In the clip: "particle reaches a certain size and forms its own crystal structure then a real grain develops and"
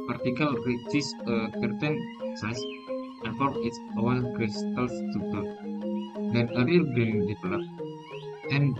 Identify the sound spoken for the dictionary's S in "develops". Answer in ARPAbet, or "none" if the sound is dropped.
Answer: none